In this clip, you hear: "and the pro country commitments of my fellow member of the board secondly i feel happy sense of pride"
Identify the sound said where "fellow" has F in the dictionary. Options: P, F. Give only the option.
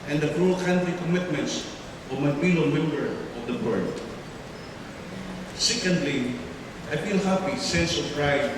P